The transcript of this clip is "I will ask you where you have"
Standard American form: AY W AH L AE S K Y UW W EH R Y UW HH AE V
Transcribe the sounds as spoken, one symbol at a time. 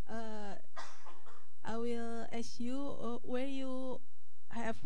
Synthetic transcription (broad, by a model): AY W AH L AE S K Y UW W EH R Y UW HH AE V